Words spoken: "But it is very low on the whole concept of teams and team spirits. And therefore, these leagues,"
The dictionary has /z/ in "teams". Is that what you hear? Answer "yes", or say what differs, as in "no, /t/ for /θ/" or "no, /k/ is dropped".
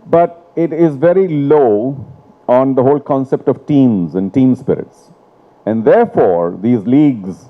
yes